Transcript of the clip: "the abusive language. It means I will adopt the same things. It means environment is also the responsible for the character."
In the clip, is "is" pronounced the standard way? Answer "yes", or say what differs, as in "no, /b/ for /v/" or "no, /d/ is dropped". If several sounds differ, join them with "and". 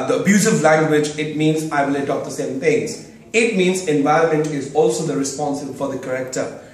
yes